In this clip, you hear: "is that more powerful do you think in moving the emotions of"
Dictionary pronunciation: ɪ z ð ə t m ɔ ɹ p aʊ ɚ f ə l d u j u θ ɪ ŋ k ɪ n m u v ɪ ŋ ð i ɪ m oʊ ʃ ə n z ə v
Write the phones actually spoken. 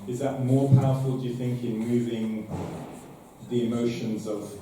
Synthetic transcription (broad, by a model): ɪ z ð ə t m ɔ ɹ p aʊ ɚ f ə l d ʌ j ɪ θ ɪ ŋ k ɪ n m u v ɪ ŋ ð i ɪ m oʊ ʃ ə n z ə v